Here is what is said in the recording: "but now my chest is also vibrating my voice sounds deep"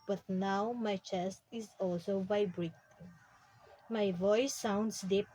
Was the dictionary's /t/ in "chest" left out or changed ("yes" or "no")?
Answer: no